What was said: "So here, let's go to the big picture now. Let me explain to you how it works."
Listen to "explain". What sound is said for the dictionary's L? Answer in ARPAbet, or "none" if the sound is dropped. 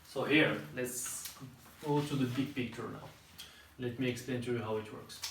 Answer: L